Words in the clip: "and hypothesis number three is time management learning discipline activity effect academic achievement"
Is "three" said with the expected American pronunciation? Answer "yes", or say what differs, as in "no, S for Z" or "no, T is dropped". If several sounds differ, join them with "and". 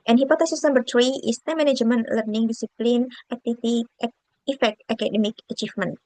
no, T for TH